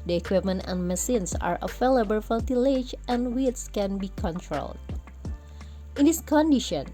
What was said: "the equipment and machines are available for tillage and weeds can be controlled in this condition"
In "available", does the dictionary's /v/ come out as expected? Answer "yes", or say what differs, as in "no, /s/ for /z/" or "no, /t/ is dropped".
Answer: no, /f/ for /v/